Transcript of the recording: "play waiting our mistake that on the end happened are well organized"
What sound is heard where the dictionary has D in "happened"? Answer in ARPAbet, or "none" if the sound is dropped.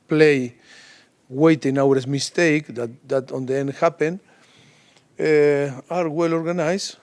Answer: none